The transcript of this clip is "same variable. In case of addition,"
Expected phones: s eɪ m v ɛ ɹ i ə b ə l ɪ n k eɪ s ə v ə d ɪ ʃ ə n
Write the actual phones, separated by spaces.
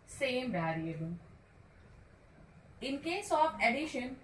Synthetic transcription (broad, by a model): s eɪ m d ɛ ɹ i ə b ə ɪ n k eɪ s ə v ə d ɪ ʃ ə n